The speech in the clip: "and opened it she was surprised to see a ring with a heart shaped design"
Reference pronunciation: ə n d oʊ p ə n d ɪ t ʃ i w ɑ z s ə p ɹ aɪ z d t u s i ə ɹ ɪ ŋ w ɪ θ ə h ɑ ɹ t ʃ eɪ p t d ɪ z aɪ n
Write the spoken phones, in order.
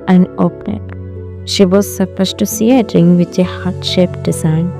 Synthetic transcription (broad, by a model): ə n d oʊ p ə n ɪ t ʃ i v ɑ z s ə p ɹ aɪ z t u s i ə ɹ ɪ ŋ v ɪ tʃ ə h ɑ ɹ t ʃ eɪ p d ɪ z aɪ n